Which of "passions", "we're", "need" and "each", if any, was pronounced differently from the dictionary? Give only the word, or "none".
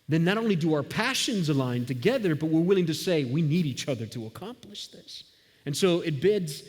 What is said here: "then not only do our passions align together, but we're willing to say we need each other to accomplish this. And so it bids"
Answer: none